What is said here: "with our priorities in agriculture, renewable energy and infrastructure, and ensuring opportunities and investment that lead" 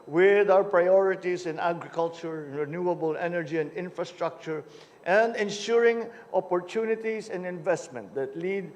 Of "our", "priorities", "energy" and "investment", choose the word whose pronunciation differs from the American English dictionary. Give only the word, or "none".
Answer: priorities